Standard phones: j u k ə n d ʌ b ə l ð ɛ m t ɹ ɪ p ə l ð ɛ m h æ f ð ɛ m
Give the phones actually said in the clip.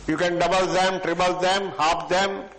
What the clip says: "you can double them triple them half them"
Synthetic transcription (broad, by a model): j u k ə n d ʌ b ə l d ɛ m t ɹ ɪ b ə l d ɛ m h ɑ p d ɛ m